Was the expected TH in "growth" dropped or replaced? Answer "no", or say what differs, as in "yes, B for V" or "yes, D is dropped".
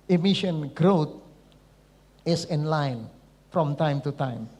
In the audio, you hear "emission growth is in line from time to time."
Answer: yes, T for TH